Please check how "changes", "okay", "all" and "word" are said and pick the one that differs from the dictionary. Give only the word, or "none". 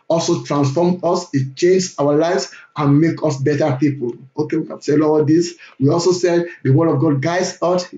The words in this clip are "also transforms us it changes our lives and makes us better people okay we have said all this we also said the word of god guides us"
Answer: changes